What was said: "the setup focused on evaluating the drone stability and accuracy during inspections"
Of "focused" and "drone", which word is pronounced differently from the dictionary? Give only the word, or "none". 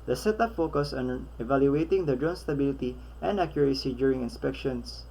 focused